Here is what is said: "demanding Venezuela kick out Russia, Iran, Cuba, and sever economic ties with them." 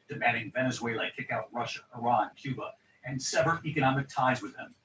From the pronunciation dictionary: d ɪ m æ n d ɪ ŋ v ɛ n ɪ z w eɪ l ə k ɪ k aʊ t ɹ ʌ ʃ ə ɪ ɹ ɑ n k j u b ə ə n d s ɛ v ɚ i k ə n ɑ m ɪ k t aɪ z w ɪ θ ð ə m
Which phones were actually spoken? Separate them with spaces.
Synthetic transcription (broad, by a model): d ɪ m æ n d ɪ ŋ v ɛ n ɪ z w eɪ l ə k ɪ k aʊ t ɹ ʌ ʃ ə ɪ ɹ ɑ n k j u b ə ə n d s ɛ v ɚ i k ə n ɑ m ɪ k t aɪ z w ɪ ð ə m